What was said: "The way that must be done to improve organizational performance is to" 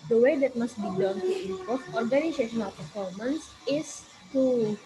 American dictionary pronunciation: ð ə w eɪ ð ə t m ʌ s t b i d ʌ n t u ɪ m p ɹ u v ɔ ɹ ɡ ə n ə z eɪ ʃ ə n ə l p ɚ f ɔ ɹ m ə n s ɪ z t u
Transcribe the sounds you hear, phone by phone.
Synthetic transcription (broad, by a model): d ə w eɪ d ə t m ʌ s t b i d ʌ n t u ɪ p ɔ f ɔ ɹ ɡ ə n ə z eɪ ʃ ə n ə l p ɚ f ɔ ɹ m ə n s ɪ s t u